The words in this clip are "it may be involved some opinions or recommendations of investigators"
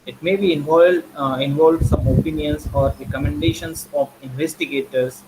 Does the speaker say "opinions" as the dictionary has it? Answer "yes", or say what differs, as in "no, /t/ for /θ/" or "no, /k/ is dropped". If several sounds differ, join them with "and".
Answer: no, /s/ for /z/